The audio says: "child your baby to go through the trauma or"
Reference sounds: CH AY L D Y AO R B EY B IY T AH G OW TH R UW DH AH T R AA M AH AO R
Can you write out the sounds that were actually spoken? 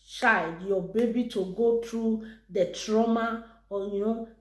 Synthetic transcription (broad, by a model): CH AY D Y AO B EY B IY T AH G OW T R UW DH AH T R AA M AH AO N